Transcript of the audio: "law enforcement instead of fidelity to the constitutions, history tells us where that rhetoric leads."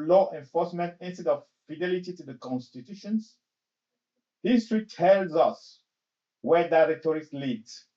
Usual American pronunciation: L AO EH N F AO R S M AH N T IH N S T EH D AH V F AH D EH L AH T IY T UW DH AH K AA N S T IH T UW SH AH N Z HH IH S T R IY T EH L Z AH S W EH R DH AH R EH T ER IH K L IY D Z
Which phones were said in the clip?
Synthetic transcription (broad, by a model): L AO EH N F AO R S M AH N T IH N S T EH D AH V F AH D EH L AH T IY T UW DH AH K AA N S T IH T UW SH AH N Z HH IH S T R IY T EH L Z AH S W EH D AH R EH T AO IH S L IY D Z